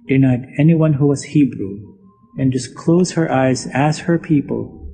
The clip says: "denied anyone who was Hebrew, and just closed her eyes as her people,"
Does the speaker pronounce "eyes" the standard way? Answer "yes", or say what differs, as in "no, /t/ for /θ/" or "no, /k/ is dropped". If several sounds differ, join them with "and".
yes